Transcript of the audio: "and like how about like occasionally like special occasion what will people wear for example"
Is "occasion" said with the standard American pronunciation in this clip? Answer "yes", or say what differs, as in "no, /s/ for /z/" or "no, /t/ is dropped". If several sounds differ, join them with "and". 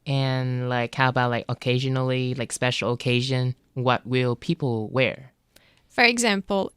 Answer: yes